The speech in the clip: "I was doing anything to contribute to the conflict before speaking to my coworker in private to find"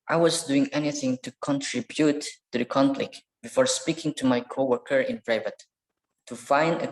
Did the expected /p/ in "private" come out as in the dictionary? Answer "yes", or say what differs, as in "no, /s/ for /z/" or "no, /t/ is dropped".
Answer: no, /b/ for /p/